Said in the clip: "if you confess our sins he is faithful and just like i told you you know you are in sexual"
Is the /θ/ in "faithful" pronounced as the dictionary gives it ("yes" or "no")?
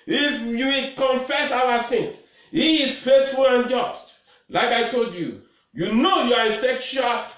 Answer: no